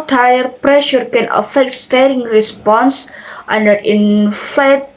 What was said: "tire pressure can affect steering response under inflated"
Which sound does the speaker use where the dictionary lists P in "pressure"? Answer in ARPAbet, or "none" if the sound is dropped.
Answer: P